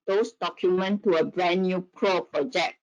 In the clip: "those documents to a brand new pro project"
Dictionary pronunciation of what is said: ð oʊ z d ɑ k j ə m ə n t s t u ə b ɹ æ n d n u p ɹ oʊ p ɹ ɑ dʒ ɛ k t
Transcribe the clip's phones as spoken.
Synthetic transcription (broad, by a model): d oʊ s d ɑ k j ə m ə n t t u ə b ɹ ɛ n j u p ɹ oʊ p ɹ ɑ dʒ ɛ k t